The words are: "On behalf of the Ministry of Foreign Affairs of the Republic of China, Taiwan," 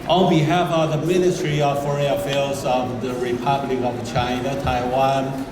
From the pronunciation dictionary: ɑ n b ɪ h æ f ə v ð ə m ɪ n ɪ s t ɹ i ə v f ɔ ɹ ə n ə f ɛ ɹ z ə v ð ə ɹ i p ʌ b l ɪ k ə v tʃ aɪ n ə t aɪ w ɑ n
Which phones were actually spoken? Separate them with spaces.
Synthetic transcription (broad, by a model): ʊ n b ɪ h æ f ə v ð ə m ɪ n ɪ s t ɹ i ə v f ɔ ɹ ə ə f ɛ l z ə v ð ə ɹ i p ʌ b l ɪ k ə v tʃ aɪ n ə t aɪ w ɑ n